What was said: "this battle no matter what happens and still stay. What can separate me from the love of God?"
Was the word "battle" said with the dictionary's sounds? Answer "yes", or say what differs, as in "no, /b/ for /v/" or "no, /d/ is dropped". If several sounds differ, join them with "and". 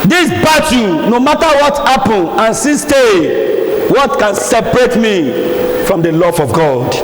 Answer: no, /n/ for /l/